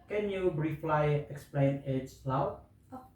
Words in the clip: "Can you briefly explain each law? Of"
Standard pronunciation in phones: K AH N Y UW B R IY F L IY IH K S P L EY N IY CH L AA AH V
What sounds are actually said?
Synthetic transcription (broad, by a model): K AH N Y UW B R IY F L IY IH K S P L EY N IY S L AA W